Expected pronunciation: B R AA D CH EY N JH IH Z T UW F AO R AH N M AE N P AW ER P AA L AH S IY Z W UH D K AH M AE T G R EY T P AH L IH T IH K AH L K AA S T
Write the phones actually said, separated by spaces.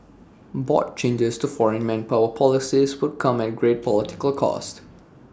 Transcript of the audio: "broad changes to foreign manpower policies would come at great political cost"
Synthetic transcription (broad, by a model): B AA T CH EY N JH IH S T UW F AO R AH N M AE N P AW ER P AA L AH S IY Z W UH D K AH M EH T G R EY T P AH L IH T IH K AH L K AA S T